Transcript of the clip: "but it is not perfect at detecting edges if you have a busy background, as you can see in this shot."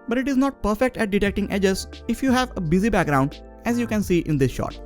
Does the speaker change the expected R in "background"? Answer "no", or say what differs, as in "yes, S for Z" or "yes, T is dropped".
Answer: no